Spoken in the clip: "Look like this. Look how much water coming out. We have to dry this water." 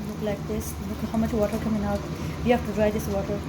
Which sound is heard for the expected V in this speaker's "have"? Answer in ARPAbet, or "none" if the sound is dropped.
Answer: F